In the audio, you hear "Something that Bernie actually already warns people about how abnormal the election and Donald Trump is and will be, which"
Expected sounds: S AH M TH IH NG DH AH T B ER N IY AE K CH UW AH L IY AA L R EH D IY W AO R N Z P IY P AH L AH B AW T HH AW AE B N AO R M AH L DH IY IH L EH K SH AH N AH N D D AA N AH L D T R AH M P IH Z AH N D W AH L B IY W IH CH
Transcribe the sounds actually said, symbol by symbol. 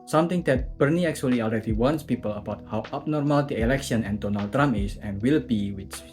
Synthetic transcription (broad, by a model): S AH M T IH NG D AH T B ER N IY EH K CH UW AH L IY AA L R EH D IY W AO N S P IY P AH L AH B AW T HH AW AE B N AO R M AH L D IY IH L EH K SH AH N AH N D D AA N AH L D T R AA M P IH S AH N W AH L B IY W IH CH